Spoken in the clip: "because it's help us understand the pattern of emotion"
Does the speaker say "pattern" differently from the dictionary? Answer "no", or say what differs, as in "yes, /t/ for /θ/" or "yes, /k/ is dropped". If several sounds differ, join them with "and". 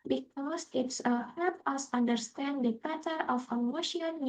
yes, /n/ is dropped